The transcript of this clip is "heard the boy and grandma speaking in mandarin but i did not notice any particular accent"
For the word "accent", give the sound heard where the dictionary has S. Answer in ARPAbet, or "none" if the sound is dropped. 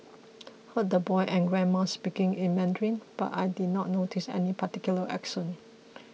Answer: SH